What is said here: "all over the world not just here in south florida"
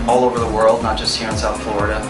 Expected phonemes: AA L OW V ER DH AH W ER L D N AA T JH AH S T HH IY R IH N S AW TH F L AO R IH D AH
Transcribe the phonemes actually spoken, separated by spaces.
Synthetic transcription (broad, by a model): AA L OW V ER DH AH W ER L D N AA T JH AH S T HH IY R IH N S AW T F L AO R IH D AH